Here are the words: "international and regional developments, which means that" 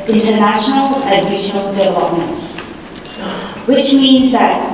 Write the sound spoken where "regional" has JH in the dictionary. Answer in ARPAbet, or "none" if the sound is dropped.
SH